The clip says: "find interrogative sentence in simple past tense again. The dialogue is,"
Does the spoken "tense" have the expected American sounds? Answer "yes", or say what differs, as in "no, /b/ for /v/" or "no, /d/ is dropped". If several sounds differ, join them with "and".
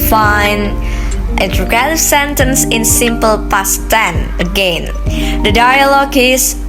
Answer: no, /s/ is dropped